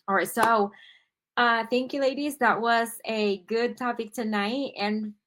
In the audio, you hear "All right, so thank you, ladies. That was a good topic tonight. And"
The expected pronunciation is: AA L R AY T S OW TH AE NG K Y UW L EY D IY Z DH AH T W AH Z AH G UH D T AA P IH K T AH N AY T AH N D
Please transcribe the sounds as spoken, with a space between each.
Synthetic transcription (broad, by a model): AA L R AY T S OW TH AE NG K Y UW L EY D IY Z DH AH T W AH Z AH G UH D T AA P IH K T AH N AY T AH N